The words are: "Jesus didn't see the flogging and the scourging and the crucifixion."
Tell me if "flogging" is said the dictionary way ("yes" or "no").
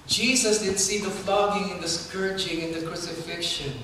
no